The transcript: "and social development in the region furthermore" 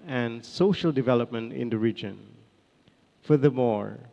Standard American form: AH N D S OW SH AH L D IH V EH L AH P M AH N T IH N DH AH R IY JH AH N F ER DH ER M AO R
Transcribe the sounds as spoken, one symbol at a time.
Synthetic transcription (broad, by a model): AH N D S OW SH AH L D IH V EH L AH P M AH N T IH N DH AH R IY JH AH N F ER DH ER M AO R